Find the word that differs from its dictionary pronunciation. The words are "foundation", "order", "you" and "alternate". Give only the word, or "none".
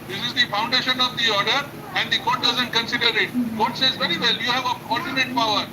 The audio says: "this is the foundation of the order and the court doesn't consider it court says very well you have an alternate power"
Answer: alternate